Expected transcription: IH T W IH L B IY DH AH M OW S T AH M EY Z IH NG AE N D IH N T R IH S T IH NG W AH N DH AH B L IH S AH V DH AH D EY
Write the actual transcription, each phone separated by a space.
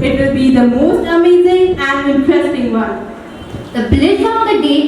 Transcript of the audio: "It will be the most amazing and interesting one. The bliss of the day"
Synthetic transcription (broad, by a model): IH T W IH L B IY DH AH M OW S T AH M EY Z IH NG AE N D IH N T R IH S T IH NG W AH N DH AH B L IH SH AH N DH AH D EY